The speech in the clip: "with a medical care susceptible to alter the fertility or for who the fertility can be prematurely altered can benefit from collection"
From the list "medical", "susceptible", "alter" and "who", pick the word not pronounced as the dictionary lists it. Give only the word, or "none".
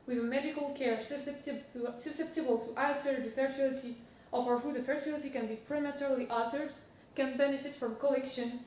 alter